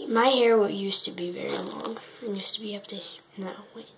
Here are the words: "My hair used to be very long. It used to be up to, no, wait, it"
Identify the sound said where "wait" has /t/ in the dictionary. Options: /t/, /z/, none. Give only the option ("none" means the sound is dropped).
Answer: none